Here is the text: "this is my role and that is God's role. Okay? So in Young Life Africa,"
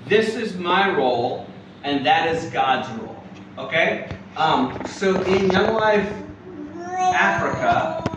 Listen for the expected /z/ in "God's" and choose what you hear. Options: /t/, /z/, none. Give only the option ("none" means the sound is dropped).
/z/